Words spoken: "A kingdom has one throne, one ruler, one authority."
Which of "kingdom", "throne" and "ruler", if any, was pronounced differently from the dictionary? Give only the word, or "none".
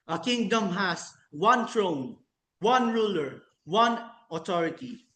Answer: throne